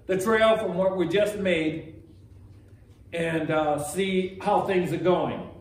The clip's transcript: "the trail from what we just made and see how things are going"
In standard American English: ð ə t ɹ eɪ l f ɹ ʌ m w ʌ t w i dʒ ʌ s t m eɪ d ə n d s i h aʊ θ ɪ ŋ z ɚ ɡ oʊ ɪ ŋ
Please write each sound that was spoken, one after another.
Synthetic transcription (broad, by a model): ð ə t ɹ eɪ l f ɹ ʌ m w ʌ t w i dʒ ʌ s t m eɪ d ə n s i h aʊ θ ɪ ŋ z ɚ ɡ oʊ ɪ ŋ